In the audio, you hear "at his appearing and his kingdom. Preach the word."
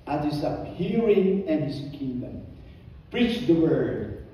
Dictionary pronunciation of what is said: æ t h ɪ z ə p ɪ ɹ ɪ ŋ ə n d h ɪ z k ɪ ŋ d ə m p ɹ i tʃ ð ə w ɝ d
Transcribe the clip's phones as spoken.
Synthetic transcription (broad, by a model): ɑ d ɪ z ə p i ɹ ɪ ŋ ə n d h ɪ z k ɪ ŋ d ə m p ɹ i tʃ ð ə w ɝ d